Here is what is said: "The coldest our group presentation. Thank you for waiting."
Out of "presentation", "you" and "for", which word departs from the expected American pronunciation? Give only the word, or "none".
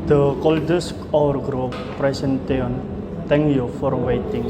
presentation